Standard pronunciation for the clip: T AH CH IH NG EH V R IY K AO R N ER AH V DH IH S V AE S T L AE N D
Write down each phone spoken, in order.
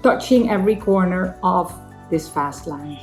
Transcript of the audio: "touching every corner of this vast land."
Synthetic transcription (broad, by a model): T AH CH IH NG EH V R IY K AO R N ER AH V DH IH S F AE S T L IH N